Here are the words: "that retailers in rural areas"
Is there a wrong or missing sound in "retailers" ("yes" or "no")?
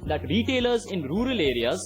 no